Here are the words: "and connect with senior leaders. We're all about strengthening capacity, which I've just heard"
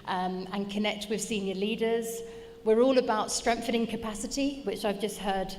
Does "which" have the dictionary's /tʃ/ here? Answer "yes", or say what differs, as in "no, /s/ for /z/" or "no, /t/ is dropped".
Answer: yes